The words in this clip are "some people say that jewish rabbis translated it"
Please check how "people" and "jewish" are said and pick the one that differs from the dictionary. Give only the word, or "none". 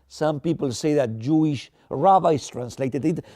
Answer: none